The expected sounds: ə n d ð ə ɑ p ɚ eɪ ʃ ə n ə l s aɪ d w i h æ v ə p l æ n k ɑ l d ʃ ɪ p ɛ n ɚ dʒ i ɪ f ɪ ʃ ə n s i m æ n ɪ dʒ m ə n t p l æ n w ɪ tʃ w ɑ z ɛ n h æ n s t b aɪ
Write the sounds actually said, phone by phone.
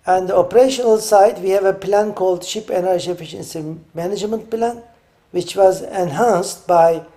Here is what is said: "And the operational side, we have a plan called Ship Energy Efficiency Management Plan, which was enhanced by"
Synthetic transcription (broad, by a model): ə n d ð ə ɑ p ɚ eɪ ʃ ə n ə l s aɪ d w i h æ v ə p l æ n k ɑ l d ʃ ɪ p ɛ n ɚ dʒ i ɪ f ɪ ʃ ə n s i m æ n ɪ dʒ m ə n t p l æ n w ɪ tʃ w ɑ z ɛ n h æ n s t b aɪ